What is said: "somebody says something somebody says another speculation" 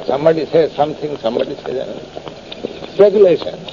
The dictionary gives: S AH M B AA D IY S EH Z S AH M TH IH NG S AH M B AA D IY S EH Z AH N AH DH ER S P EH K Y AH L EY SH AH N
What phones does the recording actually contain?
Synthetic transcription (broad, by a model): S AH M B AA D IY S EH S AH M T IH NG S AH M B AA D IY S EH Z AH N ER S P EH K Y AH L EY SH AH N